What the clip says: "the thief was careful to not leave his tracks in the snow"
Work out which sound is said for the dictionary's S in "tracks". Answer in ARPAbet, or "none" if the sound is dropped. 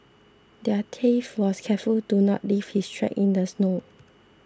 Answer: none